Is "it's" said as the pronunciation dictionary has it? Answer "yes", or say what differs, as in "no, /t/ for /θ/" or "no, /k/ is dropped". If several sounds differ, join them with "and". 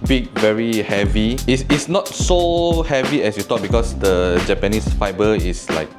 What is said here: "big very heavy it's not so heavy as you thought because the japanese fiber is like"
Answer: no, /s/ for /t/